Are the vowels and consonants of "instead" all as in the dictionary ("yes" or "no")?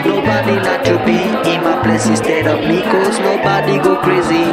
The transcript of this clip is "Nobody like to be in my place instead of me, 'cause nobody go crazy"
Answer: no